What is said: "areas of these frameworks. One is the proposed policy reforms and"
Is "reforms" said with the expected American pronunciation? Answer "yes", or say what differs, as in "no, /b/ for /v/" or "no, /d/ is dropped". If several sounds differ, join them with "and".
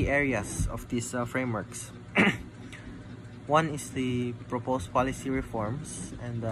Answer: no, /s/ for /z/